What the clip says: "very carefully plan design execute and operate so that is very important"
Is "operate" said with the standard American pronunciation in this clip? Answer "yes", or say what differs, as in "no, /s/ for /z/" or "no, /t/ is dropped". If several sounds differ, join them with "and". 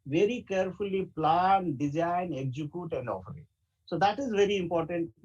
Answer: no, /f/ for /p/